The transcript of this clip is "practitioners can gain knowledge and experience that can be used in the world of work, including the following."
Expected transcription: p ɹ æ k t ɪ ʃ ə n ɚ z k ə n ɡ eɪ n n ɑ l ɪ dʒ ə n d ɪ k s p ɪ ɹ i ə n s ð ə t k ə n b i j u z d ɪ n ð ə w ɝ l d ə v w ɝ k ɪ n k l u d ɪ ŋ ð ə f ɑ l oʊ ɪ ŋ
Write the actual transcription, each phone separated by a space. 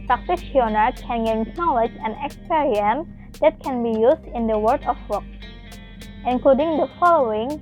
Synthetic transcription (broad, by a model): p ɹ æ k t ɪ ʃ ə n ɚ k ə n ɡ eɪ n n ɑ l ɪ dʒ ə n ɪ k s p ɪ ɹ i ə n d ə t k ə n b i j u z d ɪ n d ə w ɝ d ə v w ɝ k ɪ n k l u d ɪ ŋ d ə f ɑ l oʊ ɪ ŋ